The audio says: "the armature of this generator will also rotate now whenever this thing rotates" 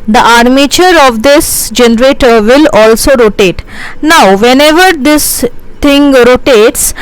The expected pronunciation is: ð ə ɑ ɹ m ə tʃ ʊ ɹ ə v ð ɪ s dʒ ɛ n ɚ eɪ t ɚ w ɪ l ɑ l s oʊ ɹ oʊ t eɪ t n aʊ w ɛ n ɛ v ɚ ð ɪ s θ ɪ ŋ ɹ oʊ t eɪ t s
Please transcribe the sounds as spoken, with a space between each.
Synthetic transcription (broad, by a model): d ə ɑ ɹ m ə tʃ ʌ ɹ ə v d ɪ s dʒ ɛ n ɚ eɪ t ɚ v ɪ l ɑ l s oʊ ɹ oʊ t eɪ t n aʊ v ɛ n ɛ v ɚ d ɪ s t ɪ ŋ ɹ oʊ t eɪ t s